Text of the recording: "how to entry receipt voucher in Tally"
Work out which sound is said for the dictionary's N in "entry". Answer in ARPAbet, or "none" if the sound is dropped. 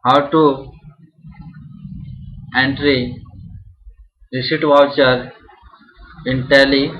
N